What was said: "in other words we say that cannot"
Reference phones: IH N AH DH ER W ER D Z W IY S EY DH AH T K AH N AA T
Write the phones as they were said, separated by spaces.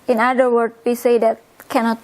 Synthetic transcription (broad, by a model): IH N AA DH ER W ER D W IY S EY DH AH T K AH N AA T